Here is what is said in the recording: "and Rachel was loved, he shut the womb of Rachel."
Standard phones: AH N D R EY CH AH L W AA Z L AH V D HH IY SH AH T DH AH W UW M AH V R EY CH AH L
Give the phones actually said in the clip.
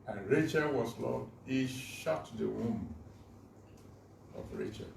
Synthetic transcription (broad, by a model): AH N R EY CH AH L W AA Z L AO D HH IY SH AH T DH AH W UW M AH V R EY CH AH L